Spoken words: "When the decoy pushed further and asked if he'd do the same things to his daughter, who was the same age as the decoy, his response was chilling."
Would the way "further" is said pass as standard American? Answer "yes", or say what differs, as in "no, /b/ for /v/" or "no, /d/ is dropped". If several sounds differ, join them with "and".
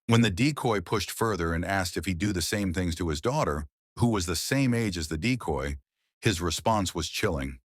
yes